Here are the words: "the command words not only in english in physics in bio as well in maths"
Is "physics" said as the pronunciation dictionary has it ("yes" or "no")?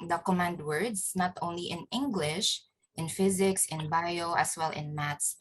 yes